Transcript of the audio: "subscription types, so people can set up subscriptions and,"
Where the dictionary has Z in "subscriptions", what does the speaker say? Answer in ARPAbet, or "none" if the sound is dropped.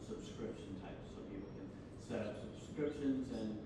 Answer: Z